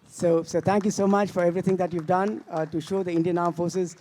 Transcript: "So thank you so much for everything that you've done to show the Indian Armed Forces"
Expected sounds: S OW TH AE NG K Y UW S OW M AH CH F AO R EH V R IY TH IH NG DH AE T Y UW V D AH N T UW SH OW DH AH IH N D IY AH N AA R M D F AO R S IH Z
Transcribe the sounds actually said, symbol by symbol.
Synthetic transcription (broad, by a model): S OW T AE NG K Y UW S OW M AH CH F AO R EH V R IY T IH NG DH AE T Y UW V D AH N T UW SH OW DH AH IH N D IY AH N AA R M F AO R S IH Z